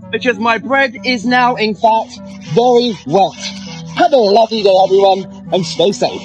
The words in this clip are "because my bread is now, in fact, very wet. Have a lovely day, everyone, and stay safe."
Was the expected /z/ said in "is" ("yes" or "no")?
yes